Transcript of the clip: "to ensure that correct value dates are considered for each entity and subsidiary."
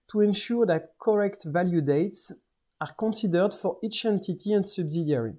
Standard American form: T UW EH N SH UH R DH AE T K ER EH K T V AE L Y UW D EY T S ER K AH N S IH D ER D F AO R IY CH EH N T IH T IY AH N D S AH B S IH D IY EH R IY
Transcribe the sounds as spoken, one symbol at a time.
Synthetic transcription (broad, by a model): T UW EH N SH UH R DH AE T K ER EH K T V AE L Y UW D EY T S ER K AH N S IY D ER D F AO R IY CH EH N T IH T IY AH N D S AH B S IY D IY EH R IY